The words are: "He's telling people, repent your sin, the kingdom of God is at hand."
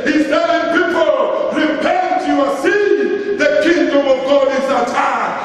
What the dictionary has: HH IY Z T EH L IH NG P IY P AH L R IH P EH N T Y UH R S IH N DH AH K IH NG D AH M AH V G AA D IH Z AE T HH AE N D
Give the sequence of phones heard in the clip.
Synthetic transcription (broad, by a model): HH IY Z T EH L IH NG P IY P AH L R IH B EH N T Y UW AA S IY DH AH K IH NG D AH M AH V G AA D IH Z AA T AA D